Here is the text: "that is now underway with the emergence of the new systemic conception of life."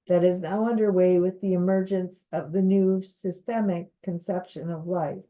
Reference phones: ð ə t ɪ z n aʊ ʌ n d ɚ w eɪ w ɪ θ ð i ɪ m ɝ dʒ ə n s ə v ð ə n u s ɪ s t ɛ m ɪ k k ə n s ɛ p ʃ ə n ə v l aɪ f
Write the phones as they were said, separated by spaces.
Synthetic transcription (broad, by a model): ð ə t ɪ z n aʊ ʌ n d ɚ w eɪ w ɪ ð i ɪ m ɝ dʒ ə n s ə v ð ə n u s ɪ s t ɛ m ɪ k k ə n s ɛ p ʃ ə n ə v l aɪ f